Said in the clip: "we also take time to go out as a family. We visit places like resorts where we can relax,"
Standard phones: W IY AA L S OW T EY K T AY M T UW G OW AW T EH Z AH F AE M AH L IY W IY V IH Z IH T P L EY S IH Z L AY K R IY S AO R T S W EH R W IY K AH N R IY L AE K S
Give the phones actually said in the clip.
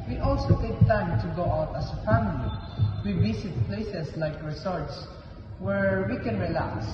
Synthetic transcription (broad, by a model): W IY AA L S OW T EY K T AY M T UW G OW AW T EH S AH F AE M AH L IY W IY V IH S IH T P L EY S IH S L AY K R IY S AO R T S W EH R W IY K AH N R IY L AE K S